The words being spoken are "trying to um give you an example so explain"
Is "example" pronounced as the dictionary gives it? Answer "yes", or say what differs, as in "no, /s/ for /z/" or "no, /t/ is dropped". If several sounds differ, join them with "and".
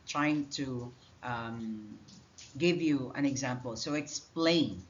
yes